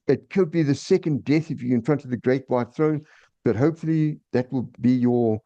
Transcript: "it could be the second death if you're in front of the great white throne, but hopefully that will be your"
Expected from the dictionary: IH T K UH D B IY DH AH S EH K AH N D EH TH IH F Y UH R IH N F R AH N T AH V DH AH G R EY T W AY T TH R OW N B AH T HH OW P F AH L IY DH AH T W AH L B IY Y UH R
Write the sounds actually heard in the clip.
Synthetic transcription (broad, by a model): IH T K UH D B IY DH AH S EH K AH N D EH TH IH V Y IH IH N F R AH N T AH V DH AH G R EY T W AY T TH R OW N B AH T HH OW P F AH L IY DH AH T W AH L B IY Y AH R